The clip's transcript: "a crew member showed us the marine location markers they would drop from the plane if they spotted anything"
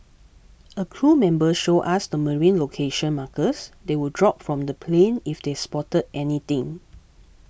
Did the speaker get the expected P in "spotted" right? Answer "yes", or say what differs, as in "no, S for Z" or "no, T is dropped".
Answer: yes